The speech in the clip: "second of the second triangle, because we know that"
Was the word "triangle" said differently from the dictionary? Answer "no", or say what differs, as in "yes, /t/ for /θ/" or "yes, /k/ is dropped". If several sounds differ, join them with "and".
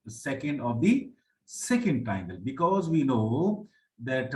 yes, /ɹ/ is dropped